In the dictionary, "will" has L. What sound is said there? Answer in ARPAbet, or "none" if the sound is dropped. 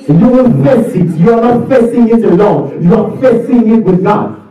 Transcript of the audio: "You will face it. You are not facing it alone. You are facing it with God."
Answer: N